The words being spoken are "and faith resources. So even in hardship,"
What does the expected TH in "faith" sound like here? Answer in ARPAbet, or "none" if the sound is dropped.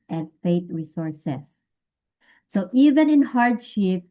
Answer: T